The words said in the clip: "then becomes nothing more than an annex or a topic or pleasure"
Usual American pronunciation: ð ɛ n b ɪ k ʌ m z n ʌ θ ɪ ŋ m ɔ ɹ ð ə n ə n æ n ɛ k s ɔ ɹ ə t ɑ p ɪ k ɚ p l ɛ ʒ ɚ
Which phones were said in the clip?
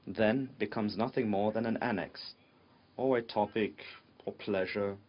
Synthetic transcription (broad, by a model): ð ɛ n b ɪ k ʌ m z n ʌ θ ɪ ŋ m ɔ ɹ ð ə n ə n æ n ɛ k s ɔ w ə t ɑ p ɪ k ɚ p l ɛ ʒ ɚ